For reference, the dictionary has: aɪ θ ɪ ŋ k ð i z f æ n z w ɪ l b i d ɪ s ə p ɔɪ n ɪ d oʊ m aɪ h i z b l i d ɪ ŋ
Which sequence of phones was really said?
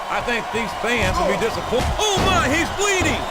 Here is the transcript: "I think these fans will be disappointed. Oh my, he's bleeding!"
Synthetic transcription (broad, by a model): aɪ θ ɪ ŋ k ð i z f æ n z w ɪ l b i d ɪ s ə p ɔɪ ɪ oʊ m aɪ h i z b l i d ɪ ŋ